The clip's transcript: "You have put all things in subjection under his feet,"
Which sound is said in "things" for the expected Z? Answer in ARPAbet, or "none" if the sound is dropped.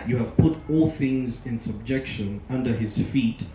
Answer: Z